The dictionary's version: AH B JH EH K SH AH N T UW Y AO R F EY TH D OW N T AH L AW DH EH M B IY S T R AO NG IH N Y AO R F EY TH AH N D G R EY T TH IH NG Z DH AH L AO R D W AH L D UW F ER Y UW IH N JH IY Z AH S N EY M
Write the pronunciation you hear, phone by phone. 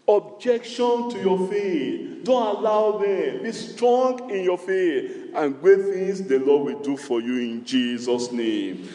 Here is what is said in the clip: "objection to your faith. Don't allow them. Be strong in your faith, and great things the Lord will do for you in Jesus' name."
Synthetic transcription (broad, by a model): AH B JH EH K SH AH N T UW Y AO F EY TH D OW N T AH L AW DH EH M B IY S T R AO NG IH N Y AO F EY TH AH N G W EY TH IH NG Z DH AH L AO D W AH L D UW F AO Y UW IH N JH IY Z AH S N EY M